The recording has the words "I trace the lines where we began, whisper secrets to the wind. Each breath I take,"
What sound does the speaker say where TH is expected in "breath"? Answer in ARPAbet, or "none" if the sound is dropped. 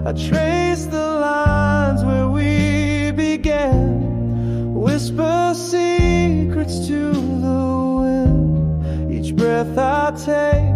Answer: TH